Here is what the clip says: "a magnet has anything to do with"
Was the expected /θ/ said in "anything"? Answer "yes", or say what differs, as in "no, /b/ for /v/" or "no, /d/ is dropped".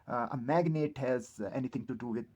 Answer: no, /t/ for /θ/